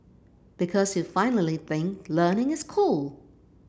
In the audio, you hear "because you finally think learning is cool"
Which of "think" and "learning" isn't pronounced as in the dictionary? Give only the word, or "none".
none